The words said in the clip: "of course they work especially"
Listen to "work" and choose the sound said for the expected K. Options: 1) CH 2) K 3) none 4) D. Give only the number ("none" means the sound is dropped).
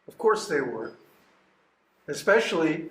3